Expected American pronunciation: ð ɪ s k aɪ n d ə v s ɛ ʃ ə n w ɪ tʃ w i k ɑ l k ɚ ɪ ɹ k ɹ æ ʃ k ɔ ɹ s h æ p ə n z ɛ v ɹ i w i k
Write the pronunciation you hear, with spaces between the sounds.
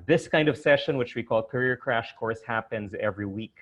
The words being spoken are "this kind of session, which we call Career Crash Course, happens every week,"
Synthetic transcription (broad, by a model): ð ɪ s k aɪ n d ə v s ɛ ʃ ə n w ɪ tʃ w i k ɑ l k ɚ ɪ ɹ k ɹ æ ʃ k ɔ ɹ s h æ p ə n z ɛ v ɹ i w i k